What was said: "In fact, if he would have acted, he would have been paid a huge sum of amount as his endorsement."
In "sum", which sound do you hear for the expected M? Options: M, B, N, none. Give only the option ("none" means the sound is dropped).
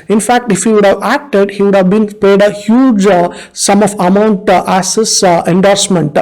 M